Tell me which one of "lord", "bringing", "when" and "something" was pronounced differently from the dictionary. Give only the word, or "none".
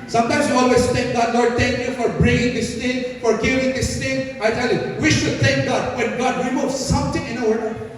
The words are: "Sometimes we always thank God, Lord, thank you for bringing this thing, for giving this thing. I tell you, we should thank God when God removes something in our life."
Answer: something